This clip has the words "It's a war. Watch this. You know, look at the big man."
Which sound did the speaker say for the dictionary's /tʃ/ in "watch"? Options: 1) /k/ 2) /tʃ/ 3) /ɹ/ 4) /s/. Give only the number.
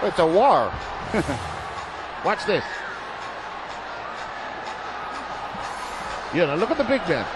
4